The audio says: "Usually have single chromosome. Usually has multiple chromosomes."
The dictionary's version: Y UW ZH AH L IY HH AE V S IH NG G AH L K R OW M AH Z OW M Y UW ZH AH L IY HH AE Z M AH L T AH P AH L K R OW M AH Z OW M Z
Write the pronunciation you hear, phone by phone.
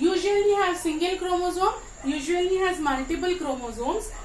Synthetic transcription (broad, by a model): Y UW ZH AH L IY HH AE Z S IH NG G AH L K R OW M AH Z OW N Y UW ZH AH L IY HH AE Z M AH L T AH B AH L K R OW M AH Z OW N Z